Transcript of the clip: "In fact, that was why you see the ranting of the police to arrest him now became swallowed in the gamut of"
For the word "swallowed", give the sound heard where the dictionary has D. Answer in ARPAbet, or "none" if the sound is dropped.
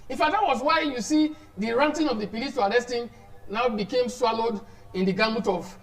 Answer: D